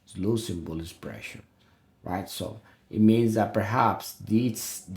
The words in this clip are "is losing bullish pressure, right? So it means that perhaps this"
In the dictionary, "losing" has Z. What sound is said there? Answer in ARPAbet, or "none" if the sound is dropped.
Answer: S